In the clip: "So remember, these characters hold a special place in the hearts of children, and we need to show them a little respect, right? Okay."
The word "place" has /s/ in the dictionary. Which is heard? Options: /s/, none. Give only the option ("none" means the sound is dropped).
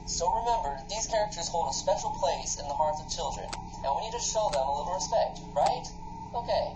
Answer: /s/